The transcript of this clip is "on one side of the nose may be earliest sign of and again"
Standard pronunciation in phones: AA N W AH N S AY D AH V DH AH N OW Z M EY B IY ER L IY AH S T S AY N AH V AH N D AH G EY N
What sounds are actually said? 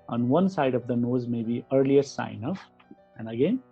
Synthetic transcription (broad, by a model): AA N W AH N S AY D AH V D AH N OW Z M EY B IY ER L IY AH T S AY N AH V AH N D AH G EY N